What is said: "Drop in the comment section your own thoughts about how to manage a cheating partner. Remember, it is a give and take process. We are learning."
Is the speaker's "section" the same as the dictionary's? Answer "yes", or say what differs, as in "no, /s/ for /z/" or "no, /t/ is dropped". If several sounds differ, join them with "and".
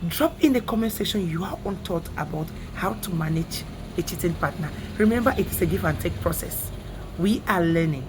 no, /k/ is dropped